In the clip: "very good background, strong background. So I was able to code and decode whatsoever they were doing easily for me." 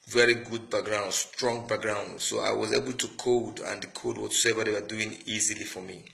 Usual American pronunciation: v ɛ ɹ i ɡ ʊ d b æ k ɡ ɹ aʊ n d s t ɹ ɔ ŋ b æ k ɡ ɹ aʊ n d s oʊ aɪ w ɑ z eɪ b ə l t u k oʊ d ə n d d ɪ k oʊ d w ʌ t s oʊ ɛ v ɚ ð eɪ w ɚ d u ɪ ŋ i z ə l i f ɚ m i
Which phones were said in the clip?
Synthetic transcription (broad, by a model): v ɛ ɹ i ɡ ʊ d b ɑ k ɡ ɹ aʊ n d s t ɹ ɔ ŋ b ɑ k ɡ ɹ aʊ n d s oʊ aɪ w ɑ z eɪ b ə l t u k oʊ d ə n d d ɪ k oʊ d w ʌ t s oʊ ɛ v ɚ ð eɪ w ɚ d u ɪ ŋ i z ə l i f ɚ m i